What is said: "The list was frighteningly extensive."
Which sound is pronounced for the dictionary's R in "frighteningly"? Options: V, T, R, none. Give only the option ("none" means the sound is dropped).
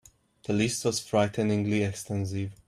R